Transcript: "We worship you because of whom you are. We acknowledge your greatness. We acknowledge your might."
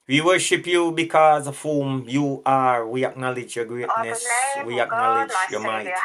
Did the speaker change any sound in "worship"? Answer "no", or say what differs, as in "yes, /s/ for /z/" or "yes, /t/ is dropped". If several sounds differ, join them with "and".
no